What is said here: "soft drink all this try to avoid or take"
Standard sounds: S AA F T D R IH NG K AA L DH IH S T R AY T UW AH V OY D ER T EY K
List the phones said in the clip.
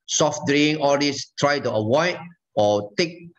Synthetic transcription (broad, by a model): S AA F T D R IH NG AA L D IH S T R AY T UW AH W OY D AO T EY K